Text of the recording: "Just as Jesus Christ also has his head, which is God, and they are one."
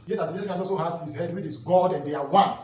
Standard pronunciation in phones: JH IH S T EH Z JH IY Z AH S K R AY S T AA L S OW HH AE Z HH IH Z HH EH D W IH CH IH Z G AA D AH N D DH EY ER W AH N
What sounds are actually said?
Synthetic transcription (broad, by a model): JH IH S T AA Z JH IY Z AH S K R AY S AA L S OW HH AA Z HH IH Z HH EH D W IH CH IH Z G AA D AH N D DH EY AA W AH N